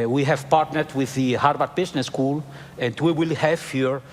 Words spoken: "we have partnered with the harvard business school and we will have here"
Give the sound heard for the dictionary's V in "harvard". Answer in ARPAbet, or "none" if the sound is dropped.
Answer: B